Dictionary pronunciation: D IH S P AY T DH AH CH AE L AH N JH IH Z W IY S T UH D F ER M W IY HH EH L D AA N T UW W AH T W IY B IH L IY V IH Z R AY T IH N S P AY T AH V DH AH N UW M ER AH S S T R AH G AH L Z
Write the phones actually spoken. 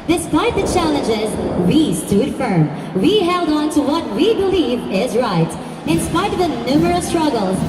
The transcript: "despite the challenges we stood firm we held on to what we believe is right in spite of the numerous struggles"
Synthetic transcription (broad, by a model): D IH S P AY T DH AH CH AE L AH N JH IH Z W IY S T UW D F ER M W IY HH EH L D AA N T UW W AH T W IY B IH L IY V IH Z R AY T IH N S P AY T AH V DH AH N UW M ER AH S S T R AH G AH L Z